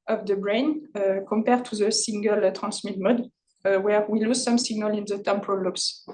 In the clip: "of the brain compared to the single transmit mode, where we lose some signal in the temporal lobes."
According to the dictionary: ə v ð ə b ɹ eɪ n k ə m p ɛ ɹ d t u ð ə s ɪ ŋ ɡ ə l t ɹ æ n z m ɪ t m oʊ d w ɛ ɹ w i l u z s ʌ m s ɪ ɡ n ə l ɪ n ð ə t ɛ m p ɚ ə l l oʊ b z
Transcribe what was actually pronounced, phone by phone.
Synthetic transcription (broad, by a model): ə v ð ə b ɹ eɪ n k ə m p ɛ ɹ t u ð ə s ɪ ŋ ɡ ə l t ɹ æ n s m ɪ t m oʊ d w ɛ ɹ w i l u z s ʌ m s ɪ ɡ n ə l ɪ n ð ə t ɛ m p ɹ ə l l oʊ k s